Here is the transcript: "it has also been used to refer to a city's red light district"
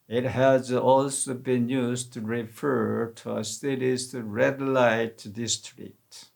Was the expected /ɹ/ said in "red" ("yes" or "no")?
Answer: yes